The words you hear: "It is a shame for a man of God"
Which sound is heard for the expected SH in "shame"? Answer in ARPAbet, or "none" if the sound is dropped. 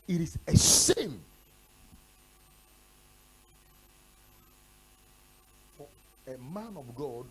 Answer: S